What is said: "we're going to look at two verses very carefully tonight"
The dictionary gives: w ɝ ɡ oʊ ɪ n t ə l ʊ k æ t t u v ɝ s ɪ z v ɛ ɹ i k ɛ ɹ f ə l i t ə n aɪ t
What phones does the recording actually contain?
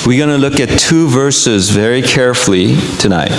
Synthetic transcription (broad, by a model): w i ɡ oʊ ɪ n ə l ʊ k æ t t u v ɝ s ɪ z v ɛ ɹ i k ɛ ɹ f ə l i t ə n aɪ t